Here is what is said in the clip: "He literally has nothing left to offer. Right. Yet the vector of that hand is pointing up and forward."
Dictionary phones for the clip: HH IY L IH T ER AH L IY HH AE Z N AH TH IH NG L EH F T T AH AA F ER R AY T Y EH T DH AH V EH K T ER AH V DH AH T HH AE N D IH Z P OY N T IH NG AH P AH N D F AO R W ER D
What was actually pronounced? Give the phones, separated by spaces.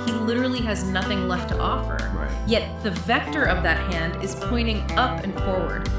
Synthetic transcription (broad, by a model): HH IY L IH T ER L IY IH Z N AH TH IH NG L EH F T T AA F ER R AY Y EH T DH AH V EH K T ER AH V DH AH T HH AE N D IH Z P OY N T IH NG AH P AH N F AO R W ER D